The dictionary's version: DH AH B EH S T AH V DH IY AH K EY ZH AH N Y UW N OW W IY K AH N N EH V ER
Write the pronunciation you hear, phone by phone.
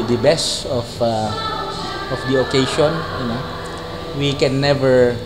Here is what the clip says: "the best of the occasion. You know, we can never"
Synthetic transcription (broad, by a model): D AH B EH S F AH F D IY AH K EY SH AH N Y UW N OW W IY K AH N N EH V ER